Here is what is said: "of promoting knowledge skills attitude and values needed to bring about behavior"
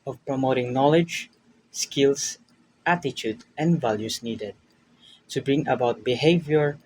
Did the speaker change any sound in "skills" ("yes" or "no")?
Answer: yes